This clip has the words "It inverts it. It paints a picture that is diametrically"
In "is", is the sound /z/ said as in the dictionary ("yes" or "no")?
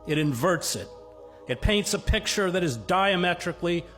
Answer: yes